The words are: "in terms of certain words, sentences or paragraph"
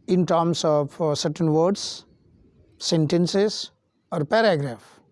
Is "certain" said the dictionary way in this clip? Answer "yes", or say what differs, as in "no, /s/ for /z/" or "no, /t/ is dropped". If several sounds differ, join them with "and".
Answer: yes